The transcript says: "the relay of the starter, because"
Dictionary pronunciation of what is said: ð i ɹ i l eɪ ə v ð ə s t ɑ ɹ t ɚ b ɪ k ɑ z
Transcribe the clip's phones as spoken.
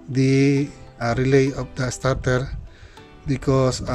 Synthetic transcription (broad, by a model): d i ɹ i l eɪ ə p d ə s t ɑ ɹ t ɚ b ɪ k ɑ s